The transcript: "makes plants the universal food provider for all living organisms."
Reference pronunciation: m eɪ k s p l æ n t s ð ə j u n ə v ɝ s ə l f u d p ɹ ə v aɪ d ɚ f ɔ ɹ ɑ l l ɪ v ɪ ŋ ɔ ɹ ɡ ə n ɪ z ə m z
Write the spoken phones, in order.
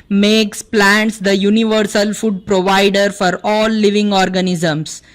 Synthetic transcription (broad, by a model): m eɪ k s p l æ n t s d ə j u n ə v ɝ s ə l f u d p ɹ ə v aɪ d ɚ f ɔ ɹ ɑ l l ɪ v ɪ ŋ ɔ ɹ ɡ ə n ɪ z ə m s